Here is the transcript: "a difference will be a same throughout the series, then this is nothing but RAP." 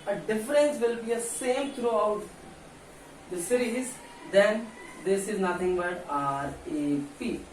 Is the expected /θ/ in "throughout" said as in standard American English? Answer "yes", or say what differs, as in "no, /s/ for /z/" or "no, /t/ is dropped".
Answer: no, /t/ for /θ/